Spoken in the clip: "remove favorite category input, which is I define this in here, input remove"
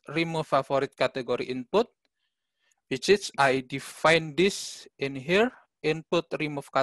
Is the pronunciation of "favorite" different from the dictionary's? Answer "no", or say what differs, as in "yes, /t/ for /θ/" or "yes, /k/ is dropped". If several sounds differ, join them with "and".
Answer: yes, /v/ is dropped